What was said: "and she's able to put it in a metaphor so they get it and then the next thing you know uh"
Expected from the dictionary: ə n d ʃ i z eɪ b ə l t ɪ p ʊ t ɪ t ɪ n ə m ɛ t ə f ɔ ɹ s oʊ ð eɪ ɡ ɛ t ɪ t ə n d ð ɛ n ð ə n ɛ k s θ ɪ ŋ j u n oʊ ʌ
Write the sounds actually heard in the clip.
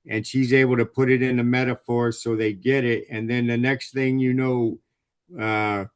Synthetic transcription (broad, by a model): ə n ʃ i z eɪ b l t ɪ p ʊ t ɪ t ɪ n ə m ɛ t ə f ɔ ɹ s oʊ ð eɪ ɡ ɛ t ɪ t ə n ð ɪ n ð ə n ɛ k s θ ɪ ŋ j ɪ n oʊ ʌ